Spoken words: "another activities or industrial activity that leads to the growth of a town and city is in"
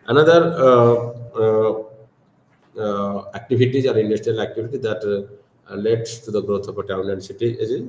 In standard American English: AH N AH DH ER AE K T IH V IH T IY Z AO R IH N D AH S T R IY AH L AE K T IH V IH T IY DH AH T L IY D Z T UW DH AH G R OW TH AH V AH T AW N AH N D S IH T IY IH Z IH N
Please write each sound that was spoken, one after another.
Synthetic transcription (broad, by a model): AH N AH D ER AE K T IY B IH T IY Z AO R IH N D AH S T R IY AH L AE K T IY B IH T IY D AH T L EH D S T UW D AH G R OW T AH P AH T AW N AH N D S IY T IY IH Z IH